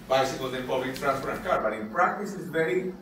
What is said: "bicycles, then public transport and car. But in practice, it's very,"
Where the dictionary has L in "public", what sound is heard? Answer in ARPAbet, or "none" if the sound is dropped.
none